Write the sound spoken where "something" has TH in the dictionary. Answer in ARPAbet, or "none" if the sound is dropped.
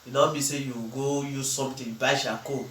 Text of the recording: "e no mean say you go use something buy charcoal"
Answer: T